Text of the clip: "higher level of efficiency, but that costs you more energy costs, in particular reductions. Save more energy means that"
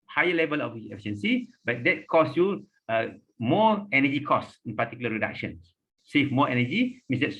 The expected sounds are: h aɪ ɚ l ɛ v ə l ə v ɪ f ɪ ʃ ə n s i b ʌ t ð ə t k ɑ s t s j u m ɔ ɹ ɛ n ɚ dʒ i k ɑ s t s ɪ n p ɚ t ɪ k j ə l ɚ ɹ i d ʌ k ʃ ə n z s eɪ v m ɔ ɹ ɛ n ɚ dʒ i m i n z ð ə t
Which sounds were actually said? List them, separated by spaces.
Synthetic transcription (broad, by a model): h aɪ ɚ l ɛ v ə l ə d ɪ f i ʃ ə n s i b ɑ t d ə t k ɑ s s j u m ɔ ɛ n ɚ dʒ i k ɑ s s ɪ n p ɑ t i k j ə l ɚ ɹ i d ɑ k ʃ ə n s s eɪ f m ɔ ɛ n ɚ dʒ i m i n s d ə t